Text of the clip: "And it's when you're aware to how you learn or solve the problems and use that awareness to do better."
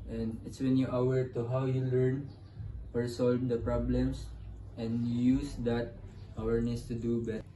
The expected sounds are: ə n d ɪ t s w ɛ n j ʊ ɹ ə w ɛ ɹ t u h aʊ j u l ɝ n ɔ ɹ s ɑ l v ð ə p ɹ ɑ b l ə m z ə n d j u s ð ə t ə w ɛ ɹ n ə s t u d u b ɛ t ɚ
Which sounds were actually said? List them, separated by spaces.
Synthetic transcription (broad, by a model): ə n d ɪ t s w ɛ n j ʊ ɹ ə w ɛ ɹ t u h aʊ j u l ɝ n ɔ ɹ s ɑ l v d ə p ɹ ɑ b l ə m s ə n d j u s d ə t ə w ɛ ɹ n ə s t u d u b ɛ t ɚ